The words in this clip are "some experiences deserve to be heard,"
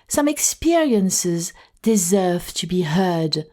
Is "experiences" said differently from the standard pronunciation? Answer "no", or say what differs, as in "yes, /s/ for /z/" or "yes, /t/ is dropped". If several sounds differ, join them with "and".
no